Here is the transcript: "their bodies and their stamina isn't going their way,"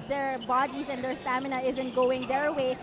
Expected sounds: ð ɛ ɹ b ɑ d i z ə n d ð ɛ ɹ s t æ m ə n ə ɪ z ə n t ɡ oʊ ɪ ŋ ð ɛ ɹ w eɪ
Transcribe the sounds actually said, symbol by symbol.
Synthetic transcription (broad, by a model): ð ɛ ɹ b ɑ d i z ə n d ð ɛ ɹ s t æ m ə n ə ɪ z ə n t ɡ oʊ ɪ ŋ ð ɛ ɹ w eɪ